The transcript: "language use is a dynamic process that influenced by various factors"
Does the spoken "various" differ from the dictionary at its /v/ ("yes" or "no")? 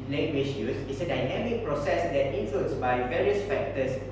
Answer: no